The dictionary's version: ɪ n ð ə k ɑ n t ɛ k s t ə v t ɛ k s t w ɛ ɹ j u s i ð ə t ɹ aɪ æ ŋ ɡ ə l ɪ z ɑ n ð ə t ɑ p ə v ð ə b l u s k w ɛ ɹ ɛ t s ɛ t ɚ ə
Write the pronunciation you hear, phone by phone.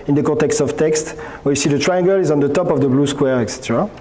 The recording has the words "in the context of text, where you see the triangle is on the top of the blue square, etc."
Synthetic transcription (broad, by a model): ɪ n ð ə k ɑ t ɛ k s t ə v t ɛ k s t w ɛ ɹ j u s i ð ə t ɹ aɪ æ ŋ ɡ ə l ɪ z ɑ n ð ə t ɑ p ə v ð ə b l u s k w ɛ ɹ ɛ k s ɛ t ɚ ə